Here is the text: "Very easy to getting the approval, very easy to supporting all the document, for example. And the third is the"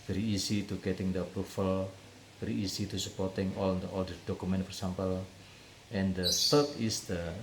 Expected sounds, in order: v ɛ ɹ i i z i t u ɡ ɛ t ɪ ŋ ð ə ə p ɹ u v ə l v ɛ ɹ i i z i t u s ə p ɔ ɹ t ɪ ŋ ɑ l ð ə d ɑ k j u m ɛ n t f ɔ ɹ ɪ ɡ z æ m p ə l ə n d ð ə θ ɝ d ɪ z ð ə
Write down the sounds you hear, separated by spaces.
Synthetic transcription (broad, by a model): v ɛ ɹ i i s i t u ɡ ɛ t ɪ ŋ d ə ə p ɹ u f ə l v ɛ ɹ i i s i t u s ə p ɔ ɹ t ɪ ŋ ɑ l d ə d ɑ k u m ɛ n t f ɔ ɹ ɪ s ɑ m p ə l ə n d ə s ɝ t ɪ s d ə